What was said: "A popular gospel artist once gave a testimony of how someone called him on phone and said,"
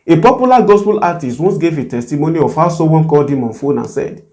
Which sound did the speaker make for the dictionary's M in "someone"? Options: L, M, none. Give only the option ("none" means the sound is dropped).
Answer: none